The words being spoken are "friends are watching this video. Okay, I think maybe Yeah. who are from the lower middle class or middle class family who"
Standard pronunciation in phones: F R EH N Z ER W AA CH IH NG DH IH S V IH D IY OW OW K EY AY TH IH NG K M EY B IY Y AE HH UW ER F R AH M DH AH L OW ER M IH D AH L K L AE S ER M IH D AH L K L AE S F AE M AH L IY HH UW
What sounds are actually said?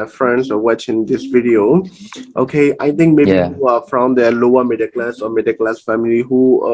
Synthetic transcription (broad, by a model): F R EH N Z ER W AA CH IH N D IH S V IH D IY OW OW K EY AY T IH NG K M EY IY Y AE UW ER F R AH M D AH L OW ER M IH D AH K L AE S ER M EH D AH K L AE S F AE M AH L IY HH UW